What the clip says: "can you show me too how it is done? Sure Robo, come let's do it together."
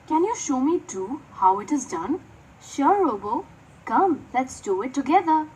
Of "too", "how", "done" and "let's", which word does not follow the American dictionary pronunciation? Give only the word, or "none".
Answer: none